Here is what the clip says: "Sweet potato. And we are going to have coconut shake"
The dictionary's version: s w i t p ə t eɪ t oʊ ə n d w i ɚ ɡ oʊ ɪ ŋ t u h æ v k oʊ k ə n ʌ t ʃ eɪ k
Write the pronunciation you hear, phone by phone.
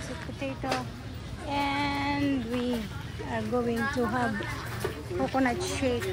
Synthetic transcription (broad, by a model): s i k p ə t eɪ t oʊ ə n d w i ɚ ɡ oʊ ɪ ŋ t u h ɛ b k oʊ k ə n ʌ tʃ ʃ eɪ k